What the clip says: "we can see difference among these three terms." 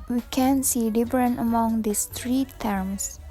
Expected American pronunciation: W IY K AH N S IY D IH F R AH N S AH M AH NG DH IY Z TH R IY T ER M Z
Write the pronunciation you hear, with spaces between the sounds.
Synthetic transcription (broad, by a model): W IY K AH N S IY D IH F R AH N AH M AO NG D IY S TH R IY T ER M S